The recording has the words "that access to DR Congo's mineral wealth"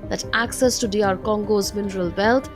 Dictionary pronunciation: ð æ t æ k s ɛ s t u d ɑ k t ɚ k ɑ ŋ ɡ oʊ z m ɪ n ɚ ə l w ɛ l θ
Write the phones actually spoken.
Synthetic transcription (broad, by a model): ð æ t æ k s ɛ s t u d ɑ t k ɑ ŋ ɡ oʊ z m ɪ n ɚ ə l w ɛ l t